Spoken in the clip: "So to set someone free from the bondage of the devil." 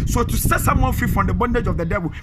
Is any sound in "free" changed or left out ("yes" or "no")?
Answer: yes